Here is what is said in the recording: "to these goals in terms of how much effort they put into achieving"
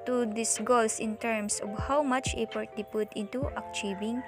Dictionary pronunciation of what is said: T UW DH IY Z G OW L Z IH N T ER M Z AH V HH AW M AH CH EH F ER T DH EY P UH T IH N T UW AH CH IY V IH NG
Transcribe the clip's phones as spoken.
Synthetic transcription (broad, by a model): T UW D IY S G OW L S IH N T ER M S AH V HH AW M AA CH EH P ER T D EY P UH T IH N T UW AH CH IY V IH NG